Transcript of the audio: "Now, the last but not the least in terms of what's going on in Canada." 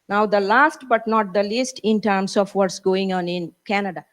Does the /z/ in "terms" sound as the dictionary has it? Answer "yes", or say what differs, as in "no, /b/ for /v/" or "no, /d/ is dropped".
no, /s/ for /z/